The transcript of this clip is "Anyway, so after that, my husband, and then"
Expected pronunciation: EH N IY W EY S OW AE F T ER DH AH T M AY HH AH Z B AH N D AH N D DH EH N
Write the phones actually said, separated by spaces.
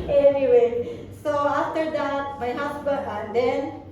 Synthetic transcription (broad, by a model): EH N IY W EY S OW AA F T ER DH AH T M AY HH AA S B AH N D AH N D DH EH N